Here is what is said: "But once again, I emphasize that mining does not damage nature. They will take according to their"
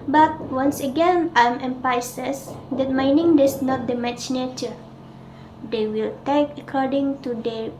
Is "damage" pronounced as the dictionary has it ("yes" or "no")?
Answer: no